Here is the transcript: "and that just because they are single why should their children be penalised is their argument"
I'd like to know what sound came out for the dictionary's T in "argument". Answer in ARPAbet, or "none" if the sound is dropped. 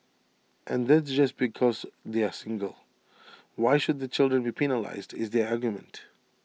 T